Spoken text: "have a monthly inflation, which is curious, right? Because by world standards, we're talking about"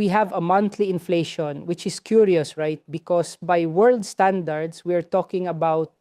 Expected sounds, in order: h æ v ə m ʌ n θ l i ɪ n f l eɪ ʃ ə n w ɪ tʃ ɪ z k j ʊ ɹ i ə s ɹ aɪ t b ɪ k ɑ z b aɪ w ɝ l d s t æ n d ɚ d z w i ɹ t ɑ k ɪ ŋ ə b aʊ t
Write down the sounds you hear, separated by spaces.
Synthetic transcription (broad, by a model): h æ v ə m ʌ n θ l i ɪ n f l eɪ ʃ ə n w ɪ tʃ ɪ s k j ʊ ɹ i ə s ɹ aɪ t b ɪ k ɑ s b aɪ w ɝ l d s t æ n d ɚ d s w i ɹ t ɑ k ɪ ŋ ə b aʊ t